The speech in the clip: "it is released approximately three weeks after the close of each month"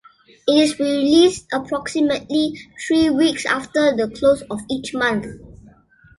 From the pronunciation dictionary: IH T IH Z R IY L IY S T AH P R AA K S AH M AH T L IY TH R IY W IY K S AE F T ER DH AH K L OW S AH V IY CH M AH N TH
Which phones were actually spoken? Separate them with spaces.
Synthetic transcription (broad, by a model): IH T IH S R IY L IY S T AH P R AA K S AH M AH T L IY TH R IY W IY K S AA F T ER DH AH K L OW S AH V IY CH M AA N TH